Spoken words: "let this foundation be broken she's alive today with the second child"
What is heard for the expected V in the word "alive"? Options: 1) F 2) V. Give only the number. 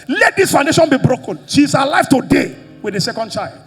1